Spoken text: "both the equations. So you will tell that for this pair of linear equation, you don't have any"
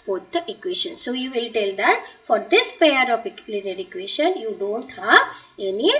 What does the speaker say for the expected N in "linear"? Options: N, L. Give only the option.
L